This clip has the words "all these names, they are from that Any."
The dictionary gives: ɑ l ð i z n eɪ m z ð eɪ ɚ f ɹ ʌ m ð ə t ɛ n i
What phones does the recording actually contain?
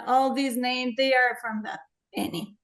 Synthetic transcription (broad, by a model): ɑ l ð i z n eɪ m z ð eɪ ɚ f ɹ ʌ m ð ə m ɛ n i